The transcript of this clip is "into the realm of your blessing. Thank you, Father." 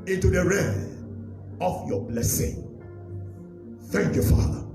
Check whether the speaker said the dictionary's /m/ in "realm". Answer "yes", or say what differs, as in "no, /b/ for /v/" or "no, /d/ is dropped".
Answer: no, /m/ is dropped